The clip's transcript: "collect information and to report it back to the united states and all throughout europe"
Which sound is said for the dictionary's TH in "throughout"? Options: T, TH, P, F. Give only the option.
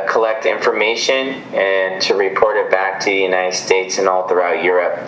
TH